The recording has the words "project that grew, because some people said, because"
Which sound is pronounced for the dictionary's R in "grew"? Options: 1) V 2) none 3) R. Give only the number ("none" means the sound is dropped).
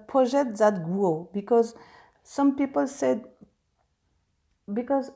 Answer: 2